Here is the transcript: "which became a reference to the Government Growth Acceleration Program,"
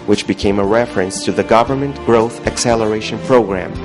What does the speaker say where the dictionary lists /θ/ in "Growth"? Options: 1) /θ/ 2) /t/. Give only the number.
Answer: 1